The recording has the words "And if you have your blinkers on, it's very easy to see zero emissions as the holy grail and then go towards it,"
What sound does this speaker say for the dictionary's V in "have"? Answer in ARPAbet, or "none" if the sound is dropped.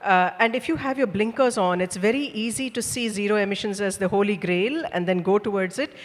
V